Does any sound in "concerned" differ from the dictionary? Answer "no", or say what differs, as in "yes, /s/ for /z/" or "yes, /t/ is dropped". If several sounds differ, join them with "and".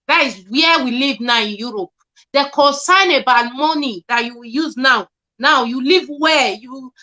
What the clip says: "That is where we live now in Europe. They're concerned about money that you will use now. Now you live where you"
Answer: yes, /d/ is dropped